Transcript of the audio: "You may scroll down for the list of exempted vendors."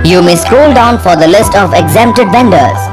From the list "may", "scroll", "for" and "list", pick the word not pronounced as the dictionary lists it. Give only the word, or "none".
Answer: scroll